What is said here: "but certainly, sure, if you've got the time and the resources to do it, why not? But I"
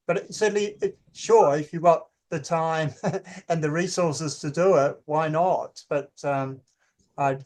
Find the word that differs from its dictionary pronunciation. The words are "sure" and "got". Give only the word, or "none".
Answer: none